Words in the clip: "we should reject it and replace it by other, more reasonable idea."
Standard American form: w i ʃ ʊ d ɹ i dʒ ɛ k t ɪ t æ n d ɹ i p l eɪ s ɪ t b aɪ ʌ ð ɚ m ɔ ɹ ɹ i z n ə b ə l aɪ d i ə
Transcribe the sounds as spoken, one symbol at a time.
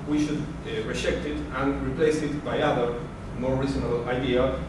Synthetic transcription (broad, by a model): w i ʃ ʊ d ɹ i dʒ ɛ k t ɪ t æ n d ɹ i p l eɪ s ɪ t b aɪ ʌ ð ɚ m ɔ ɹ ɹ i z ə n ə l aɪ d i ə